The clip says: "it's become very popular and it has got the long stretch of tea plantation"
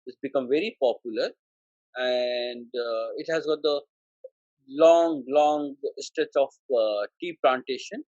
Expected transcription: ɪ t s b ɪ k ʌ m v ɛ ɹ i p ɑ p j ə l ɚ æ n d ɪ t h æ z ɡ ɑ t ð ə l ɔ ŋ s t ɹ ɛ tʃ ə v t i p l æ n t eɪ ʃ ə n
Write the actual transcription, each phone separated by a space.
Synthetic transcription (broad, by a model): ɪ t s b ɪ k ʌ m v ɛ ɹ i p ɑ p j ə l ɚ æ n d ɪ t h æ z ɡ ɑ t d ə l ɔ ŋ s t ɛ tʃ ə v t i p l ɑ n t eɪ ʃ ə n